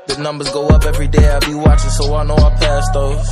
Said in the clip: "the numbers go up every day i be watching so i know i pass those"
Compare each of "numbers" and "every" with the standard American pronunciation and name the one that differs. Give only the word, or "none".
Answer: none